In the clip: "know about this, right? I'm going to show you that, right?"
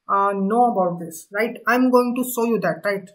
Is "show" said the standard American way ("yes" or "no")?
no